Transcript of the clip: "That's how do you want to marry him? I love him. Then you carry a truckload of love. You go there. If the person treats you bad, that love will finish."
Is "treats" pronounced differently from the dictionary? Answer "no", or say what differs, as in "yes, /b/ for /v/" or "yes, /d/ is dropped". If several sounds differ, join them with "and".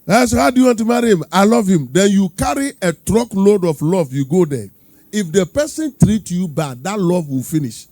yes, /s/ is dropped